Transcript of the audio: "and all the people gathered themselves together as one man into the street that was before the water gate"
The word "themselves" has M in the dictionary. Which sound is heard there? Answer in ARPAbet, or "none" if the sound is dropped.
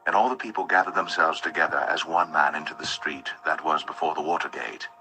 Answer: M